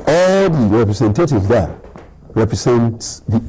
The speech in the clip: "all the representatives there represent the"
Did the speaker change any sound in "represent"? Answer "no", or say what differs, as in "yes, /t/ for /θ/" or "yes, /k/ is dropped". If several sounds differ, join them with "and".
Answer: yes, /s/ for /z/